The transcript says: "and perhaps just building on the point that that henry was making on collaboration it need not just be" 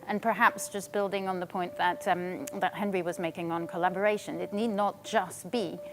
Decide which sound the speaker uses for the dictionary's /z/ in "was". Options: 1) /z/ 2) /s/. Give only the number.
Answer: 1